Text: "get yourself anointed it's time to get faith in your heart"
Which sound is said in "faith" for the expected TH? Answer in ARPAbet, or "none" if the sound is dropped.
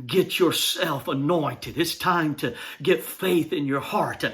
TH